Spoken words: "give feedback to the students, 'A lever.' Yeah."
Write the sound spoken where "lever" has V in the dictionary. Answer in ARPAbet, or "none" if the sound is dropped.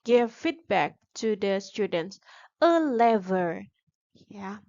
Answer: V